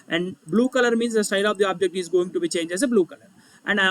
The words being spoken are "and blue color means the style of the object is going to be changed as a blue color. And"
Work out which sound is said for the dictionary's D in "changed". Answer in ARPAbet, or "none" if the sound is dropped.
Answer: none